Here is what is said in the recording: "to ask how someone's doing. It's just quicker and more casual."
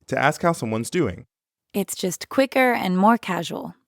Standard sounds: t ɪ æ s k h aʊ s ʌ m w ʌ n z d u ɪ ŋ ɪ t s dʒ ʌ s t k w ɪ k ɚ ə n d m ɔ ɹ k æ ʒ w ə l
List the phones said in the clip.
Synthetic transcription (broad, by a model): t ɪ æ s k h aʊ s ʌ m w ʌ n z d u ɪ ŋ ɪ t s dʒ ʌ s t k w ɪ k ɚ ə n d m ɔ ɹ k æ ʒ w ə l